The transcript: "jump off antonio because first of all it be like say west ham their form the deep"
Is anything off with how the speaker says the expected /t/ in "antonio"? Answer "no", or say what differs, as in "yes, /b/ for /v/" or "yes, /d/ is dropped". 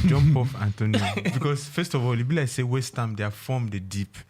no